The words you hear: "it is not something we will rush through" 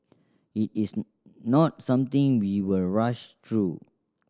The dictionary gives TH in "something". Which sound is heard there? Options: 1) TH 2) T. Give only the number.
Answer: 2